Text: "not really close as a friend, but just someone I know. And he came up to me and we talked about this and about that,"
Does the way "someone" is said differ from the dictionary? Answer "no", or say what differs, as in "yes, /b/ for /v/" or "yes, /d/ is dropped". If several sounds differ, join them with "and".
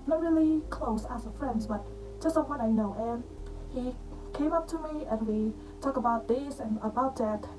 yes, /m/ is dropped